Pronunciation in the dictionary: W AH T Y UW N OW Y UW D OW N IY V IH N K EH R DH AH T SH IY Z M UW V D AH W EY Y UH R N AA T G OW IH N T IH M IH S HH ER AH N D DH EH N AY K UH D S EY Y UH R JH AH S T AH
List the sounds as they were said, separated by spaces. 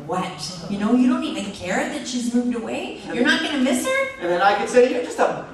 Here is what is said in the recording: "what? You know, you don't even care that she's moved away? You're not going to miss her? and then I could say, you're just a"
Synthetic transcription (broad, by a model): W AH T Y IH N OW Y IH D OW N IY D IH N K EH R DH AH T SH IY Z M UW V D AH W EY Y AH R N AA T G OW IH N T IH M IH S ER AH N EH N AY K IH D S EY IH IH JH AH S T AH